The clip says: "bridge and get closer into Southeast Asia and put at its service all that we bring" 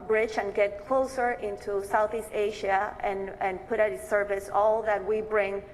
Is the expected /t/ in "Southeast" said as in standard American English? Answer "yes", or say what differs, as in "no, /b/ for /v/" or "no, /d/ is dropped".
yes